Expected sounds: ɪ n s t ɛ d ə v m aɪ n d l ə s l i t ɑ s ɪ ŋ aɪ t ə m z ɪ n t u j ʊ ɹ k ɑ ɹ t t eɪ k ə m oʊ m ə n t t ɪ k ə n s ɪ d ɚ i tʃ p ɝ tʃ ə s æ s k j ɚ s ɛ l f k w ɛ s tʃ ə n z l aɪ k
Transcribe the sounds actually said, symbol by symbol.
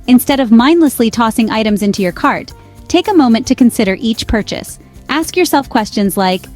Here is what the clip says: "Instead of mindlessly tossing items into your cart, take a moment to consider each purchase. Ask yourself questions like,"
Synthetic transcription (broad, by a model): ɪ n s t ɛ d ə v m aɪ n d l ə s l i t ɑ s ɪ ŋ aɪ t ə m z ɪ n t u j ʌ ɹ k ɑ ɹ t t eɪ k ə m oʊ m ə n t t ɪ k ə n s ɪ d ɚ i tʃ p ɝ tʃ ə s æ s k j ɚ s ɛ l f k w ɛ s tʃ ə n z l aɪ k